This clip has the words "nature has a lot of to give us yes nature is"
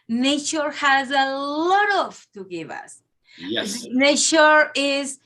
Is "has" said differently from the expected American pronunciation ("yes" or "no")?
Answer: no